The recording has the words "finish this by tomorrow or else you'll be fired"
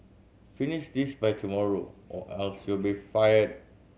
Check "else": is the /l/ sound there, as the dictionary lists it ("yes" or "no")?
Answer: yes